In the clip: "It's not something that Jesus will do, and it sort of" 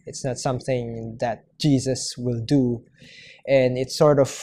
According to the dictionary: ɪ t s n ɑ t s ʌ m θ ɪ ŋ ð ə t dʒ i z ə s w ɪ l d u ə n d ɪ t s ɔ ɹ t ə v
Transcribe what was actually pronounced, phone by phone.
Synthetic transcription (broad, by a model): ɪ t s n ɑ t s ʌ m θ ɪ ŋ ð ə t dʒ i z ə s w ɪ l d u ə n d ɪ t s ɔ ɹ t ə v